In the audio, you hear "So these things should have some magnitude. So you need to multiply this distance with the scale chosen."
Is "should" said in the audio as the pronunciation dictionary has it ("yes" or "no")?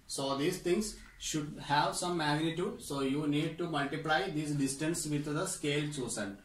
yes